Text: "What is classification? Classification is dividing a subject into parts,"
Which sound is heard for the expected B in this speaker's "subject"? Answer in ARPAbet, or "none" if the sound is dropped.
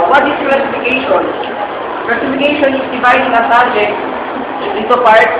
none